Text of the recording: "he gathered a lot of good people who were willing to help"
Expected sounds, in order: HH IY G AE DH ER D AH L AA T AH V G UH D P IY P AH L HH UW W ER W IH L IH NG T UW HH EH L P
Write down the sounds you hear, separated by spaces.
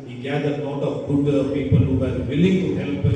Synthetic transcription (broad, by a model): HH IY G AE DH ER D AH N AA T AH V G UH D P IY P AH L HH UW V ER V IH L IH NG T UW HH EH L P